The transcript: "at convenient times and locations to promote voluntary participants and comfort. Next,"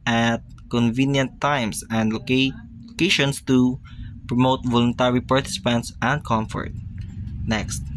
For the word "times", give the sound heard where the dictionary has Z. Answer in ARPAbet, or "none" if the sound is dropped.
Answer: S